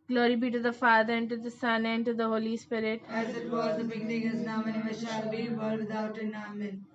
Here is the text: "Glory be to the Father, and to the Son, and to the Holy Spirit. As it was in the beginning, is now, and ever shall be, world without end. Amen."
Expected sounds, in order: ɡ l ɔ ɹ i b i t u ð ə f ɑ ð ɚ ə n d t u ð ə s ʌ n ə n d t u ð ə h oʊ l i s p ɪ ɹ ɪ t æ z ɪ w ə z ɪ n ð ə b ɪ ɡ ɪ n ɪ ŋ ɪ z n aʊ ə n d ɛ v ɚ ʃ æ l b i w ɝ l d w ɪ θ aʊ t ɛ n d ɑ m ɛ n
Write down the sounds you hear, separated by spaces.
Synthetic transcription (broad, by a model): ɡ l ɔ ɹ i b i t u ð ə f ɑ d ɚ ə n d t u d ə s ʌ n ə n d t u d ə h oʊ l i s p ɪ ɹ ɪ t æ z ɪ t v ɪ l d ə b ɪ ɡ ɪ n ɪ ŋ ɪ z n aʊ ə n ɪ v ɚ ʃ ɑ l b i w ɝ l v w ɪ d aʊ t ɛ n ɑ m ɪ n